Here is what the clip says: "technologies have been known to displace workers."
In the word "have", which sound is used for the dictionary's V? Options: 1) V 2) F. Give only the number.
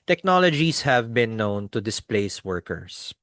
1